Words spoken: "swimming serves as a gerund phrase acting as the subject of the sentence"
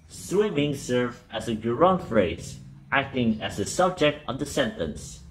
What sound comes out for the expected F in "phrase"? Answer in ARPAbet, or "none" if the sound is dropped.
F